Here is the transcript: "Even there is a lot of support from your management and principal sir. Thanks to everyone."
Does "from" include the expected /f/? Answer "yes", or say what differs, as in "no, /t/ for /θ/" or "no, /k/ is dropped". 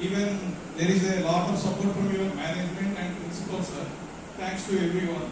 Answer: no, /p/ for /f/